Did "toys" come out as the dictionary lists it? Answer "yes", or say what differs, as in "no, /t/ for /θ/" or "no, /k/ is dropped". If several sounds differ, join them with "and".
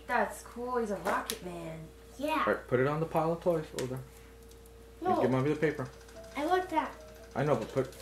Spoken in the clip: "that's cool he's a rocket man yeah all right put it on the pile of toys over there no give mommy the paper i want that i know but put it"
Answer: no, /s/ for /z/